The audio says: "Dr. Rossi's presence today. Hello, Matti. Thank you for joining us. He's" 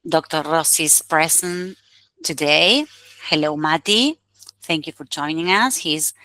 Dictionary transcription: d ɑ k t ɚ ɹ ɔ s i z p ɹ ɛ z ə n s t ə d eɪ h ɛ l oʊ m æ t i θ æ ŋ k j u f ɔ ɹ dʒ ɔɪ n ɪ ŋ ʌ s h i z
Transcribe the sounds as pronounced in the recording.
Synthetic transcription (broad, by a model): d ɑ k t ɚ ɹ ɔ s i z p ɹ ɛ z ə n t ə d eɪ h ɛ l oʊ m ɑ t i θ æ ŋ k j u f ɔ ɹ dʒ ɔɪ n ɪ ŋ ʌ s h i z